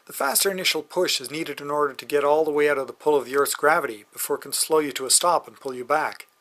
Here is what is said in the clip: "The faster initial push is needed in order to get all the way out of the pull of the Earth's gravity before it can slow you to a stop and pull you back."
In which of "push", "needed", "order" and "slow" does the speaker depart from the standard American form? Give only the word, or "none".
none